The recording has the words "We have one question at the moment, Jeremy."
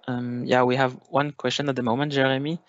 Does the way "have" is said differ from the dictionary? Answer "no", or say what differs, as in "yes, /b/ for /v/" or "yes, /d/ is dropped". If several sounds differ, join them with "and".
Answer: no